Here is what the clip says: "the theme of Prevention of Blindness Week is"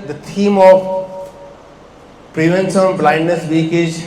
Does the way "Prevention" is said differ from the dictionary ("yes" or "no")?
yes